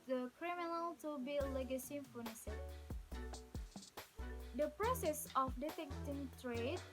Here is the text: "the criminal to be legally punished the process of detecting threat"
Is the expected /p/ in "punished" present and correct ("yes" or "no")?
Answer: no